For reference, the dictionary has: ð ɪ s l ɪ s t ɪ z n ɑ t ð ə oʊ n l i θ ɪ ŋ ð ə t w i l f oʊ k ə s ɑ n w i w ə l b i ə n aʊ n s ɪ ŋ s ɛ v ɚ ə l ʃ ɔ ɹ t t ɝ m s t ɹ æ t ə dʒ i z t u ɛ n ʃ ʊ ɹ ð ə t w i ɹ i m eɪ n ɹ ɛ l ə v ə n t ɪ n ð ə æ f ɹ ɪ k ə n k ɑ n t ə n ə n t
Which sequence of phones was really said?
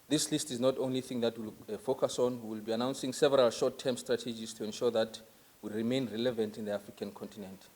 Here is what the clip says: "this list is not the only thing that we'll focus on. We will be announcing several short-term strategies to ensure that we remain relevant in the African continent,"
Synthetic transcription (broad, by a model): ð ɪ s l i s t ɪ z n ɑ t oʊ n l i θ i ŋ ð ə t w i l f oʊ k ə s ɑ n w i w ə l b i ə n aʊ n s ɪ ŋ s ɛ v ɚ ə l ʃ ɔ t t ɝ m s t ɹ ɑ t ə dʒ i s t u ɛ n ʃ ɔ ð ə t w i ɹ i m eɪ n ɹ ɛ l ə v ə n t ɪ n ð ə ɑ f ɹ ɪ k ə n k ɑ n t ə n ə n t